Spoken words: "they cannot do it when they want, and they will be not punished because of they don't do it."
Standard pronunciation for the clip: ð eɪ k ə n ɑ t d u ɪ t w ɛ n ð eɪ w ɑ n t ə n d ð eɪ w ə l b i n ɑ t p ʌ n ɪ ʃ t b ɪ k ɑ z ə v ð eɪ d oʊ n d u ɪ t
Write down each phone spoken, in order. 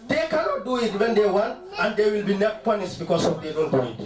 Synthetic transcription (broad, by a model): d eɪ k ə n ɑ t d u ɪ t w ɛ n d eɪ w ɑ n ə n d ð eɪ w ə l b i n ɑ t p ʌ n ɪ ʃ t b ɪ k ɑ s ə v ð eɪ d oʊ n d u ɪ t